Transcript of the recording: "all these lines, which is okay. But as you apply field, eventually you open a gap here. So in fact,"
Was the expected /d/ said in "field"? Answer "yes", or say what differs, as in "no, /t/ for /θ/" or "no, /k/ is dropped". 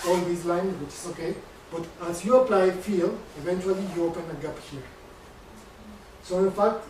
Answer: no, /d/ is dropped